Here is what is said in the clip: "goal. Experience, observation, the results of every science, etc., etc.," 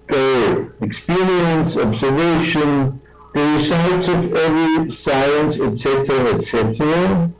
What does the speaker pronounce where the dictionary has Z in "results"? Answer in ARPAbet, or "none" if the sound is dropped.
S